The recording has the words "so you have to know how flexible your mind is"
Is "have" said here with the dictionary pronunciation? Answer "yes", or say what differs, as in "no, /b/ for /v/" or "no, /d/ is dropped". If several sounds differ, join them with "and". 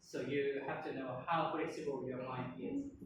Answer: no, /f/ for /v/